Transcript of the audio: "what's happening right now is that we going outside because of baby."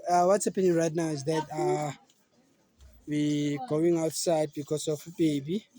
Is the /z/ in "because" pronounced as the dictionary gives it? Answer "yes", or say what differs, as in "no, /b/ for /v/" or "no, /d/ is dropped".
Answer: no, /s/ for /z/